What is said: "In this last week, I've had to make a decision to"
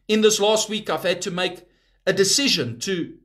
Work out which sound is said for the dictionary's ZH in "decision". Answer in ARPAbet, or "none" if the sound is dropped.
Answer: ZH